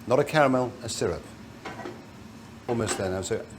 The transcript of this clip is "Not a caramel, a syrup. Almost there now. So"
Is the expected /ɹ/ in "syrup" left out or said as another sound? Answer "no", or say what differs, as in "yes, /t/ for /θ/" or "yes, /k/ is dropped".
no